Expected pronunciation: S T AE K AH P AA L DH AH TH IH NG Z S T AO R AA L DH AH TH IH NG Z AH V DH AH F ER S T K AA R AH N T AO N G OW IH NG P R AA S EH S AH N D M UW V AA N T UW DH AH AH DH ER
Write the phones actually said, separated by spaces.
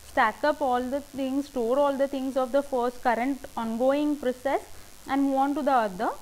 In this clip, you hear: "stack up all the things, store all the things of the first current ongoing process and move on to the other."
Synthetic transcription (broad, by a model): S T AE K AH P AA L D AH T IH NG S T AO R AA L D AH T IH NG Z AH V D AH F ER S T K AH R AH N T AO N G OW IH NG P R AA S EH S AH N D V AA N T UW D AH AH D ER